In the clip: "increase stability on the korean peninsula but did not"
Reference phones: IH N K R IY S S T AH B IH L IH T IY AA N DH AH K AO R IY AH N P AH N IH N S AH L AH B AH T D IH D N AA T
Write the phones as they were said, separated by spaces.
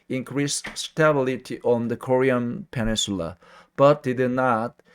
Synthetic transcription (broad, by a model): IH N K R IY S S T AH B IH L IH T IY AA N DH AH K AO R IY AH N P AH N IH N S AH L AH B AH T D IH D N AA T